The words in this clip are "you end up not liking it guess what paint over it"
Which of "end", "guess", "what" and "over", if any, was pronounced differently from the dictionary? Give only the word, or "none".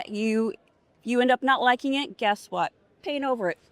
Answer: none